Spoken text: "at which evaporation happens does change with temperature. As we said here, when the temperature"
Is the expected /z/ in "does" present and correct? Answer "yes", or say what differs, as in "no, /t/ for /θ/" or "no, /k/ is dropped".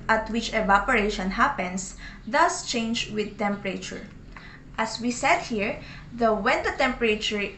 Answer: no, /s/ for /z/